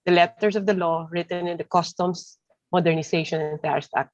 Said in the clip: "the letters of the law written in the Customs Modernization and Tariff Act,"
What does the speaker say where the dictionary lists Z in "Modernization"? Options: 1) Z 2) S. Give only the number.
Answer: 2